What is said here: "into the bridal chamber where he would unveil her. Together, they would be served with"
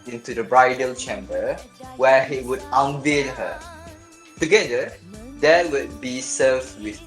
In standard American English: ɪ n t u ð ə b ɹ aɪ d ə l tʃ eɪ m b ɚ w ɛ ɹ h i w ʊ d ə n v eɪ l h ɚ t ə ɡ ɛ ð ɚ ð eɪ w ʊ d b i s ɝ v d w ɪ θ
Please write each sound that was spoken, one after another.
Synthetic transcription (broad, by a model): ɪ n t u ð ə b ɹ aɪ d ə l tʃ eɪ m b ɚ w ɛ h i w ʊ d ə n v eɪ n h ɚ t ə ɡ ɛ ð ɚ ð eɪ w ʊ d b i s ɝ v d w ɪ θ